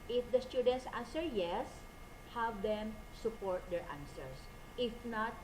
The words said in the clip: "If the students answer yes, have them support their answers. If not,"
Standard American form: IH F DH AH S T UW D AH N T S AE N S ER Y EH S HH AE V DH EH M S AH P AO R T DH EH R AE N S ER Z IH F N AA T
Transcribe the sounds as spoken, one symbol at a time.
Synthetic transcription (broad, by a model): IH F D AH S T UW D AH N T S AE N S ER Y EH S HH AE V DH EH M S AH P AO R T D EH R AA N S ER S IH F N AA T